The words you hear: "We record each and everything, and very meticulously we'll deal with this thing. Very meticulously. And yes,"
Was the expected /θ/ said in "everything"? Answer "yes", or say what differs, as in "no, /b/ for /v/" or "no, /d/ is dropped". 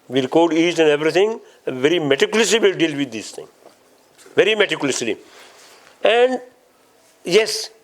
no, /t/ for /θ/